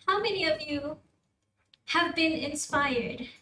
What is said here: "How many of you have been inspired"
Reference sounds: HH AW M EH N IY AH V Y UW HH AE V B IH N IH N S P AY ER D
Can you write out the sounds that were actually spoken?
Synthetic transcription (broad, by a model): HH AW M EH N IY AH V Y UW HH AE V B IH N IH N S P AY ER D